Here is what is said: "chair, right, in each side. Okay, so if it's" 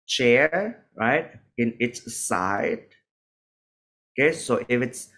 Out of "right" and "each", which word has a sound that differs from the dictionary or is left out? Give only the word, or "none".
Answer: each